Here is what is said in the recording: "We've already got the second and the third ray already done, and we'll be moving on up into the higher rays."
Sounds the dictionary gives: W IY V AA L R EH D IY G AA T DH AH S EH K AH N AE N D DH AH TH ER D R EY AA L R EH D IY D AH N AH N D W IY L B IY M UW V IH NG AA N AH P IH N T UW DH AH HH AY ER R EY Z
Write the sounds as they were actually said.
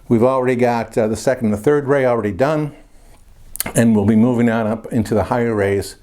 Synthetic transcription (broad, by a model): W IY V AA L R EH D IY G AA T DH AH S EH K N N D DH AH TH ER D R EY AA L R EH D IY D AH N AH N W IY L B IY M UW V IH NG AA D AH P IH N T UW DH AH HH AY ER R EY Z